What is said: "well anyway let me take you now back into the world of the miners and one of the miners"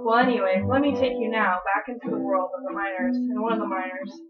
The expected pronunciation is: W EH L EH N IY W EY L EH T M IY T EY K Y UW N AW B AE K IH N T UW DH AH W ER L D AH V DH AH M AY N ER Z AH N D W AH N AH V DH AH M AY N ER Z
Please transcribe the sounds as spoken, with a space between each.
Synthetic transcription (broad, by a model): W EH L EH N IY W EY W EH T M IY T EY K Y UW N AW B AE K IH N T UW DH AH W ER L D AH V DH AH M AY N ER Z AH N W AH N AH V DH AH M AY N ER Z